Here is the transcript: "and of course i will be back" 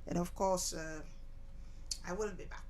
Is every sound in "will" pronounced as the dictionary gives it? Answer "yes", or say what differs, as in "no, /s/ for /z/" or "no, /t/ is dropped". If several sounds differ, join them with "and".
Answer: no, /n/ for /l/